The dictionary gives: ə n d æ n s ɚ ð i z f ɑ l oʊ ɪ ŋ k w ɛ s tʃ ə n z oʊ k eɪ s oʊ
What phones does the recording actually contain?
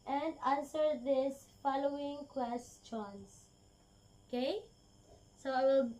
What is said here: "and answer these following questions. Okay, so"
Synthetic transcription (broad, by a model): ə n d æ n s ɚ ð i s f ɑ l oʊ ɪ ŋ k w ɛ s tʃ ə n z oʊ k eɪ s oʊ